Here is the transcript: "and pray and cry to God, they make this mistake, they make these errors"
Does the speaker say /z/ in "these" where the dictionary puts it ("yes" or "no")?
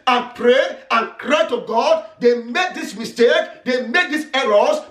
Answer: no